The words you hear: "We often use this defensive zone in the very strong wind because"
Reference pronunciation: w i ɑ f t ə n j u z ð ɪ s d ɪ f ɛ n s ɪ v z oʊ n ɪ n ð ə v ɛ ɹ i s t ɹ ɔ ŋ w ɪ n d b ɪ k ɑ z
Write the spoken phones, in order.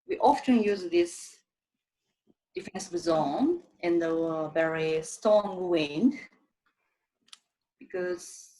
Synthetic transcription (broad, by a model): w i ɑ f t ə n j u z ð ɪ s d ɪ f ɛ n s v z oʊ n ɪ n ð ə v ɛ ɹ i s t ɔ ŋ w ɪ n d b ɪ k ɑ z